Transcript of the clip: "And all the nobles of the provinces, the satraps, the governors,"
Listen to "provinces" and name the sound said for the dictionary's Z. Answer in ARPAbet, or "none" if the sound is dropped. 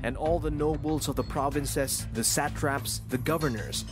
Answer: S